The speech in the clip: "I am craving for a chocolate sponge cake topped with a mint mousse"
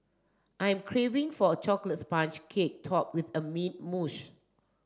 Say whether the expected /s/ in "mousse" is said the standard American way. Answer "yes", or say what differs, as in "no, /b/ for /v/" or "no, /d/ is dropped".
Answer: no, /ʃ/ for /s/